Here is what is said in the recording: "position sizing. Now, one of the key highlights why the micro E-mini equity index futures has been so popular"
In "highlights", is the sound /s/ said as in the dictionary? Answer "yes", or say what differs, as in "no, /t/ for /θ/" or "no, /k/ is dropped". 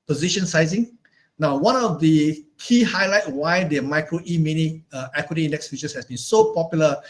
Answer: no, /s/ is dropped